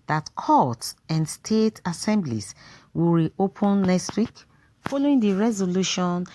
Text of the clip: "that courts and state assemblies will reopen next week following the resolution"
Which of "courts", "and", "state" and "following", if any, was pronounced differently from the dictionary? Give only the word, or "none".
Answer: courts